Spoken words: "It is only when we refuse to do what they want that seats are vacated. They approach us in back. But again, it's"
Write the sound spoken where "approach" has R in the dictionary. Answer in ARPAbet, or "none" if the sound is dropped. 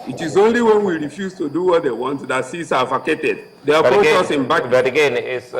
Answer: none